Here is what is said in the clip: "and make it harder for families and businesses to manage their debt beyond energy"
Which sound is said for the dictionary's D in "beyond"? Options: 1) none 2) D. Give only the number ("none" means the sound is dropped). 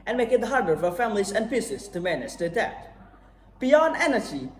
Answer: 2